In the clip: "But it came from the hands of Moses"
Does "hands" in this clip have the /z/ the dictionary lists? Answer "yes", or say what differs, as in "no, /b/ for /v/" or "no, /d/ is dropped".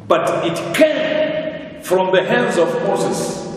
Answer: yes